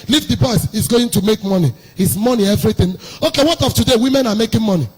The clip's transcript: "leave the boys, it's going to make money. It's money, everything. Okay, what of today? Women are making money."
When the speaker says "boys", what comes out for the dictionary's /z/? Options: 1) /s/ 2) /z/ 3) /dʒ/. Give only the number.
1